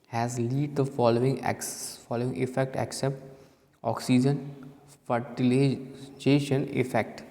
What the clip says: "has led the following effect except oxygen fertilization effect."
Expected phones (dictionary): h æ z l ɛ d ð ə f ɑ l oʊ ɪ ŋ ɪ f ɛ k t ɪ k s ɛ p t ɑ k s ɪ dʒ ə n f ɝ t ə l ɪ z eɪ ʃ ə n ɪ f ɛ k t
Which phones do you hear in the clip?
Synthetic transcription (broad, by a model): h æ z l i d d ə f ɑ l oʊ ɪ ŋ ɪ f ɛ k t ɪ k s ɛ p t ɑ k s ɪ dʒ ə n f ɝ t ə l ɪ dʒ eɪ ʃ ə n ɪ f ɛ k t